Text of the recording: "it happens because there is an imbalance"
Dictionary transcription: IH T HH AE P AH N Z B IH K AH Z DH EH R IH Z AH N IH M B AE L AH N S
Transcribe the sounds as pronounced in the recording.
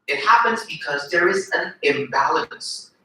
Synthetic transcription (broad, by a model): IH T HH AE P AH N Z B IH K AH Z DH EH R IH Z AH N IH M B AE L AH N S